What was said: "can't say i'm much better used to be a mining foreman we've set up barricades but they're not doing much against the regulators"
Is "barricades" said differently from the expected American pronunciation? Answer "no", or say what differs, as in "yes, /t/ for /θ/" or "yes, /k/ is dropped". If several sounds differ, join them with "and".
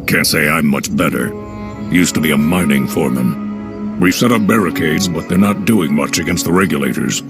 no